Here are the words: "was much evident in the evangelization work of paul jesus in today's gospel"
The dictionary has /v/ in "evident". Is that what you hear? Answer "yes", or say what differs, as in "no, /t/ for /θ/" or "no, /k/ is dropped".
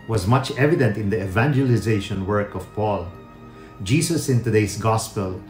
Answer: yes